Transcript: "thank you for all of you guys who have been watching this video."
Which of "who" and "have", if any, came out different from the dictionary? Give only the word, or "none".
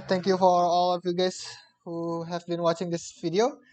none